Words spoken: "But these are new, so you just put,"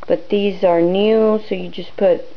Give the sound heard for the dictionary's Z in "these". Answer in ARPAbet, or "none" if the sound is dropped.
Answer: Z